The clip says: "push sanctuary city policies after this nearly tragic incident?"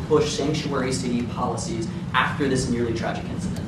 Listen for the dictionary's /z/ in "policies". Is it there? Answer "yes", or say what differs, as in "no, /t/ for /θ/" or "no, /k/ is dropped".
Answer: yes